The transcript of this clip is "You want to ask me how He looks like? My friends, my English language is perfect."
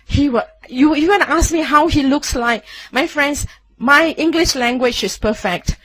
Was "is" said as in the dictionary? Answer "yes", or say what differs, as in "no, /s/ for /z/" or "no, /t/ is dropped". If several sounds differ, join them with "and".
no, /s/ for /z/